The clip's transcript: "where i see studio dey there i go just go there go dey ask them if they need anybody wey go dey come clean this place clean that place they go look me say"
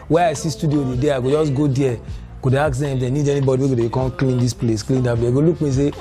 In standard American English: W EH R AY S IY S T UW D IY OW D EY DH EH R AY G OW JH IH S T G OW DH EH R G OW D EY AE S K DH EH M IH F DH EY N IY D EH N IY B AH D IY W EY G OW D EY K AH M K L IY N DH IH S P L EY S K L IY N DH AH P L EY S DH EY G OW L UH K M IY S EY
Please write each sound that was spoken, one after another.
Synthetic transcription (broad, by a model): W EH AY S IY S T UW D IY OW D EY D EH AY G OW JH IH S G OW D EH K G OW D EY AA K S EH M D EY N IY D EH N IY B AH D IY W EY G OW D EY K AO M K L IY N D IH S P L EY S K L IY N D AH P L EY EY G OW L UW K M IY S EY